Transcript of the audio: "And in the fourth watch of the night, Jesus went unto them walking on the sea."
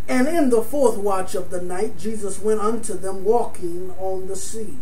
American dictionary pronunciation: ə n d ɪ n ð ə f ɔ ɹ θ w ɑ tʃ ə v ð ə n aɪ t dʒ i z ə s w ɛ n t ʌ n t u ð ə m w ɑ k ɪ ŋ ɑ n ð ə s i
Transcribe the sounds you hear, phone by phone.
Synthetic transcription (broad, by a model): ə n ɪ n ð ə f ɔ ɹ θ w ɑ tʃ ə v ð ə n aɪ t dʒ i z ə s w ɛ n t ʌ n t u ð ə m w ɑ k ɪ ŋ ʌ n ð ə s i